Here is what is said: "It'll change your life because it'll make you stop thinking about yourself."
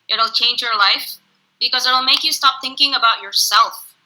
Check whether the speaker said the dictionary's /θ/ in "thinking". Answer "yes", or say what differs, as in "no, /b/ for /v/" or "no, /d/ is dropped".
yes